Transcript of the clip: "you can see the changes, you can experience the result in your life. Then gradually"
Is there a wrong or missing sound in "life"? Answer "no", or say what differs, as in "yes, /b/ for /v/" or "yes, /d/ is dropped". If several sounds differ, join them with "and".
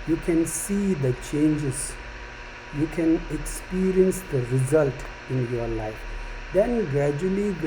no